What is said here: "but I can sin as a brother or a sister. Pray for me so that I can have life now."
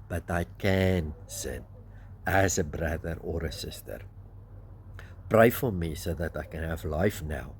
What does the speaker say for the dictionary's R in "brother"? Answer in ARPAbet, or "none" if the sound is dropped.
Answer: R